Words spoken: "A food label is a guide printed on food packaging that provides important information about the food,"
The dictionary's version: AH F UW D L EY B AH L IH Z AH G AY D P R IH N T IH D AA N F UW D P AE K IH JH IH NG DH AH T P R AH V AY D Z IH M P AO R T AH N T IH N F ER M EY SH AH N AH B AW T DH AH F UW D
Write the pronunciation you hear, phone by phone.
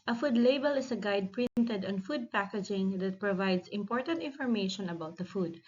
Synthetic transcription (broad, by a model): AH F UW D L EY B AH L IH S AH G AY D P R IH N T IH D AA N F UW D P AE K IH JH IH NG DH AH T P R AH V AY D S IH M P AO R T AH N T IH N F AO M EY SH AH N AH B AW T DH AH F UW D